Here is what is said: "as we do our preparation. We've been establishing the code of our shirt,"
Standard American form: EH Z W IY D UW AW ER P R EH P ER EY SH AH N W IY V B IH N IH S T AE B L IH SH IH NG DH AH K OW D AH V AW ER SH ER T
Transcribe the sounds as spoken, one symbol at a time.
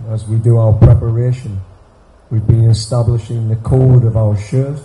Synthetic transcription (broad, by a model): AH Z W IY D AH AW ER P R EH P ER EY SH AH N W IY V B IH N IH S T AE B L IH SH IH NG DH AH K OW D AH V AW ER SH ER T